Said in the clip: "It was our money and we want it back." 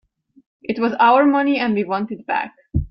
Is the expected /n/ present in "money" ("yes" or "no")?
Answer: yes